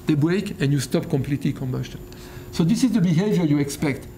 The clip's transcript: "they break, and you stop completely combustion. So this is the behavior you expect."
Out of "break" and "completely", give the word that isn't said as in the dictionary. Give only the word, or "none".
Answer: none